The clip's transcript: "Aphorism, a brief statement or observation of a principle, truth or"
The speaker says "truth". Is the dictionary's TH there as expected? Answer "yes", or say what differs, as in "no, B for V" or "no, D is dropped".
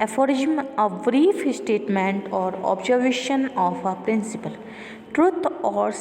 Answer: no, T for TH